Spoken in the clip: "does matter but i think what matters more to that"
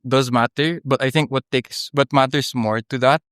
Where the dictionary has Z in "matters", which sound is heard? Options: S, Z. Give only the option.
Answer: S